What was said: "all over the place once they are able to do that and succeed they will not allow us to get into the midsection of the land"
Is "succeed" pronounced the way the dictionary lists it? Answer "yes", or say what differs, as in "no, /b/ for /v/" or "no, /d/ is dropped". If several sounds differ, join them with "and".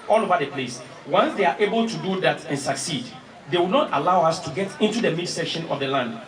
yes